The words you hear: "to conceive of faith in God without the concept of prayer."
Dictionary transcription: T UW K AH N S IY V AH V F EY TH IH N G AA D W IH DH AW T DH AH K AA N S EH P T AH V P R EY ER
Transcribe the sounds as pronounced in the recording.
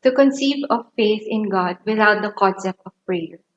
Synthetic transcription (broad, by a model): T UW K AH N S IY V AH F EY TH IH N G AA D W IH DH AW T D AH K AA S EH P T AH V P R EY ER